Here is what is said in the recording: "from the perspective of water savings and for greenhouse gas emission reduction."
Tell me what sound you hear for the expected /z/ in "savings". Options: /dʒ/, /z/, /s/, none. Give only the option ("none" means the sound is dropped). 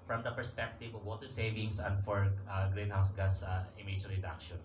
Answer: /s/